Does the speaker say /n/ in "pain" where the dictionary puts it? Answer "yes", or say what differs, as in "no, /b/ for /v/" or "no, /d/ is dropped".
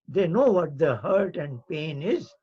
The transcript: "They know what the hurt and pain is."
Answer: yes